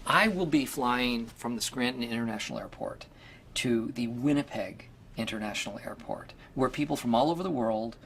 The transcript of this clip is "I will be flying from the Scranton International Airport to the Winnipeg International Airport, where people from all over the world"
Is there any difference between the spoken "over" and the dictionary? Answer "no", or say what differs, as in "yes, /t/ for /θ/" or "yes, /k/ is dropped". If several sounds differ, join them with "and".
no